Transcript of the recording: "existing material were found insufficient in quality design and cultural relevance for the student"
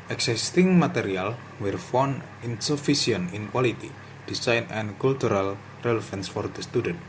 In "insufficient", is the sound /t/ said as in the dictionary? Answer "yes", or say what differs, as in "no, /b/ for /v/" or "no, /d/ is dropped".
no, /t/ is dropped